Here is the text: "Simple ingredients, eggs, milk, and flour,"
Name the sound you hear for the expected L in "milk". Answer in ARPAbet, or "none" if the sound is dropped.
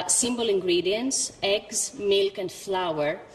L